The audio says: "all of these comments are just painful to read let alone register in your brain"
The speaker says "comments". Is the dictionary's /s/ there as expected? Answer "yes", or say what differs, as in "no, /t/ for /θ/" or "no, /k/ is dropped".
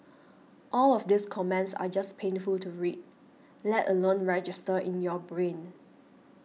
yes